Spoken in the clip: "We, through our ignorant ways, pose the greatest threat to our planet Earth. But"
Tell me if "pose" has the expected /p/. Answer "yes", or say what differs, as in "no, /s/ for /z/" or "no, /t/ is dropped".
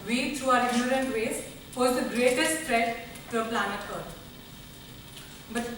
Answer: no, /f/ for /p/